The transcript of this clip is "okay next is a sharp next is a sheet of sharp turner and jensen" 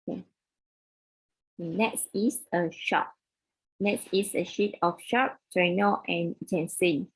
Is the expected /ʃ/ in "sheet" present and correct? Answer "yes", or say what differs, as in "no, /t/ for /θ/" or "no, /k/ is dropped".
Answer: yes